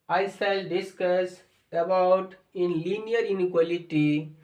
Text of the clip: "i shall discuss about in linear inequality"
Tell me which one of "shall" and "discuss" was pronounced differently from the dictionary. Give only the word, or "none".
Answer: shall